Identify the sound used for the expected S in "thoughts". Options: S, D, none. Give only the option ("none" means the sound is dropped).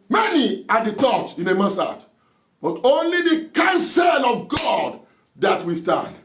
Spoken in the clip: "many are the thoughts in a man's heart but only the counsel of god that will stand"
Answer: none